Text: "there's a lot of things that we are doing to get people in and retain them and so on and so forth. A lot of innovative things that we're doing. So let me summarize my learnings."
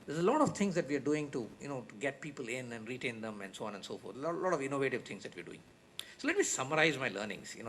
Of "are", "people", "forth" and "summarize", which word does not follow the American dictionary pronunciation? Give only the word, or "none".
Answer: forth